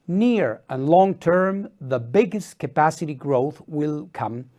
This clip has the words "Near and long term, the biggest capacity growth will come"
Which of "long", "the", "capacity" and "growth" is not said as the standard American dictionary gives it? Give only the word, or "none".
none